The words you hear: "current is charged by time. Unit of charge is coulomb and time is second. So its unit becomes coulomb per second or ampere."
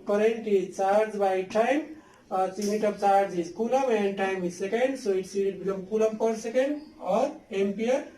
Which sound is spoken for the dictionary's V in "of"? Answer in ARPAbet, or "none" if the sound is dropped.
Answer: B